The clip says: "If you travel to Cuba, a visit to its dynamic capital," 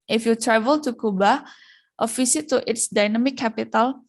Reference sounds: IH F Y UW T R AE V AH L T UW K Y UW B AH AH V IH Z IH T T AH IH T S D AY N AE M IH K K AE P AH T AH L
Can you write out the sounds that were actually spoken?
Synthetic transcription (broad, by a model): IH F Y UW T R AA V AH L T UW K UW B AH AH F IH S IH T T IH T S D AY N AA M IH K K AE P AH T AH L